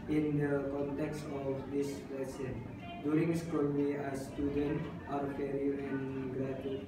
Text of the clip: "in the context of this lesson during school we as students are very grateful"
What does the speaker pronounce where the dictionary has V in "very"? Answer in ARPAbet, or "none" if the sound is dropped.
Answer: F